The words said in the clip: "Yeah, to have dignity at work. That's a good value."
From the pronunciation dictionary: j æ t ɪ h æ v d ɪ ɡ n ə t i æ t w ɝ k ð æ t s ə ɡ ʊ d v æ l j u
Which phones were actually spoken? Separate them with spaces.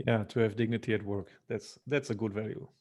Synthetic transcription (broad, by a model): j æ t ɪ h æ v d ɪ ɡ n ə t i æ t w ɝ k ð æ t s ə ɡ ʊ d v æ l j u